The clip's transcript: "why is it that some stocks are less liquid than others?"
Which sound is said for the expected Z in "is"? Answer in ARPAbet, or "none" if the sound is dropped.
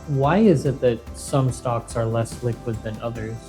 Z